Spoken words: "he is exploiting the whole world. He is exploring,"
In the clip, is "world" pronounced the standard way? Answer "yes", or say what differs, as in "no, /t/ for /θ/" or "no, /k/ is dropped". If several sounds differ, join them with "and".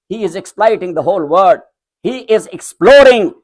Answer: no, /l/ is dropped